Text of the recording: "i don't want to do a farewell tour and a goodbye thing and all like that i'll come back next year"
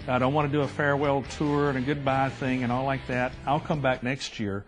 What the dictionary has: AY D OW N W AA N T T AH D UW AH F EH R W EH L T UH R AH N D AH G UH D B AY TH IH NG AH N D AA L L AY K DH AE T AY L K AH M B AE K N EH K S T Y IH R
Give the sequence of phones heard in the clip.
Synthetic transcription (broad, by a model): AY D OW N W AA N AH D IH AH F EH R W EH L T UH R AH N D AH G UH D B AY TH IH NG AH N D AA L L AY K DH AE T AY L K AH M B AE K N EH K S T Y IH R